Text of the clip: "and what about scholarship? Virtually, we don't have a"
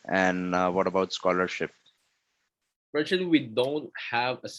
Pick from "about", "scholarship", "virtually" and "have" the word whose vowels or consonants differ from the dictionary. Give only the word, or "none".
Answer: virtually